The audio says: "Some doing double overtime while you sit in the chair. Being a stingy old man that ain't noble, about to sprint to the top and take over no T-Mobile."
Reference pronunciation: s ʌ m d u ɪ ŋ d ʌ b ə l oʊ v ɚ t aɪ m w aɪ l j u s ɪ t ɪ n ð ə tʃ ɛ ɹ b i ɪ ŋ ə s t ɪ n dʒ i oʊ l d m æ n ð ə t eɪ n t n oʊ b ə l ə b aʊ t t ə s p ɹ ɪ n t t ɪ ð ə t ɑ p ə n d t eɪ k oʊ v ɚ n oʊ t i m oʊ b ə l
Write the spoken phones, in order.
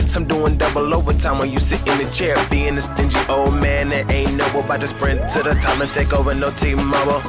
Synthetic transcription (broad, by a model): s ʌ m d u ɪ ŋ d ʌ b l oʊ v ɚ t aɪ m w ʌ n j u s ɪ t ɪ n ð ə tʃ ɛ ɹ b i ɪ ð ə s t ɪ n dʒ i oʊ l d m æ n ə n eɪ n n oʊ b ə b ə ɪ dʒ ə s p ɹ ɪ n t t ɪ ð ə t ɑ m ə n t eɪ k oʊ v ɚ n oʊ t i m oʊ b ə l